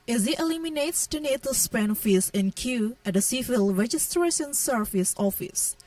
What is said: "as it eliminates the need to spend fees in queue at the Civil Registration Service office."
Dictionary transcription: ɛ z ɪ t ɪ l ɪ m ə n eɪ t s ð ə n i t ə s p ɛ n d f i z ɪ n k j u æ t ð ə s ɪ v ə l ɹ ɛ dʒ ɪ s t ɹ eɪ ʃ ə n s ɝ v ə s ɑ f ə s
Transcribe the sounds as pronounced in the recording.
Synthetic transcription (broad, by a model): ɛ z ɪ t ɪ l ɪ m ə n eɪ t s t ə n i t ə s p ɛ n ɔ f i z ɪ n k j u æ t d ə s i f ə l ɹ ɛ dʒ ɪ s t ɹ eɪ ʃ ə n s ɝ f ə s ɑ f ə s